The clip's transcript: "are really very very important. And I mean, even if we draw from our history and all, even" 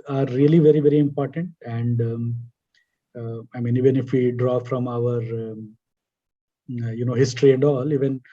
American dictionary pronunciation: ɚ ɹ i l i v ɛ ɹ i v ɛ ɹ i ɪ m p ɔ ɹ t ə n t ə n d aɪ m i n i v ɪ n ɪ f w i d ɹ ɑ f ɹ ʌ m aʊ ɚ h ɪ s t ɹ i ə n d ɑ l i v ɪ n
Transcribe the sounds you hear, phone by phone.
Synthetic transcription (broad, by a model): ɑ ɹ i l i v ɛ ɹ i v ɛ ɹ i ɪ m p ɔ ɹ t ə n t ə n d aɪ m i n i v ɪ n ɪ f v i d ɹ ɑ f ɹ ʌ m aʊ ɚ h ɪ s t ɹ i ə n d ɑ l i v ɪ n